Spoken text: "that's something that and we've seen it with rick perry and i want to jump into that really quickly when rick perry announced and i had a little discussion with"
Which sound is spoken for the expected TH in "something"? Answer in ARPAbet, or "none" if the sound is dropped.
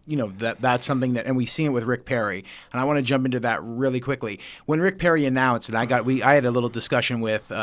TH